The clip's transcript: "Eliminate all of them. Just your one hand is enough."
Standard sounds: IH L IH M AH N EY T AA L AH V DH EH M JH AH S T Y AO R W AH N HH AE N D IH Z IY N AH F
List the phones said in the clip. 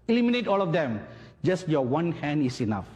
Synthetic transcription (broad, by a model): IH L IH M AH N EY T AA L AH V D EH M JH AH S T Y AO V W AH N HH AE N D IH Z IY N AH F